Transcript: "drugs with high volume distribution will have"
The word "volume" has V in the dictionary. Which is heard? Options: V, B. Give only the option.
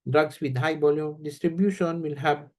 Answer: B